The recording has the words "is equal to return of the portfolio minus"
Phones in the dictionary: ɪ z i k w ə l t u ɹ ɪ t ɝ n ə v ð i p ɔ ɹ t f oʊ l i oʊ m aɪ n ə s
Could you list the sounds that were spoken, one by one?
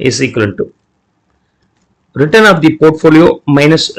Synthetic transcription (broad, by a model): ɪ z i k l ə n t u ɹ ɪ t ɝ n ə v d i p ɔ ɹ t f oʊ l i oʊ m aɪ n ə s